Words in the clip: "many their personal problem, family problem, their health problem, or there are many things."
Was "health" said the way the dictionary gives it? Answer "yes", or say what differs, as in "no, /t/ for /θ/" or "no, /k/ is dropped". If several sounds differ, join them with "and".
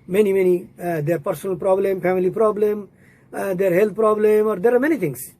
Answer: no, /t/ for /θ/